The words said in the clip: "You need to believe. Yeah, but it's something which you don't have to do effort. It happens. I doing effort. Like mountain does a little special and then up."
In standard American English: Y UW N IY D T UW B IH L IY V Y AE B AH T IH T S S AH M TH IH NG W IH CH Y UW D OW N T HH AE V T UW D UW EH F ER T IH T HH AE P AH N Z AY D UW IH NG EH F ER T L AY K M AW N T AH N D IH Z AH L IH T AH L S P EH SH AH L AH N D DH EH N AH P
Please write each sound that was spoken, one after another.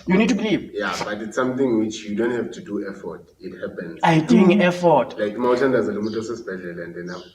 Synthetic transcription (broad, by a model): Y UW N IY D T UW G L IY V Y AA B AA T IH T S S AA M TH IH NG W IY CH Y UW D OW N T HH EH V T UW D UW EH F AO T IH T HH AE P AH N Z AY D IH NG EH F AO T L AY K M AW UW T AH N D IH Z AH L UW T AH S S B EH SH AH L AH N D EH N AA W